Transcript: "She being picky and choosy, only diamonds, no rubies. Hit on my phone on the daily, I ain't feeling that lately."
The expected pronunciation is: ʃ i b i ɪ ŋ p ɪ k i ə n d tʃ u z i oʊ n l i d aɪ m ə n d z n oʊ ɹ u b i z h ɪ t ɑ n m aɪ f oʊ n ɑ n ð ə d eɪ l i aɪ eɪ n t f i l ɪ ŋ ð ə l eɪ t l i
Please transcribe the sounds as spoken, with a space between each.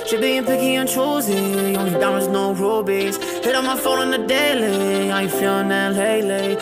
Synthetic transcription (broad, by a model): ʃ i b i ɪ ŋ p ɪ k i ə n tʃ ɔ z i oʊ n i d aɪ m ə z n oʊ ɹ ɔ b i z h ɪ t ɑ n m aɪ f oʊ n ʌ n ð ə d eɪ l i aɪ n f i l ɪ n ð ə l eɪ l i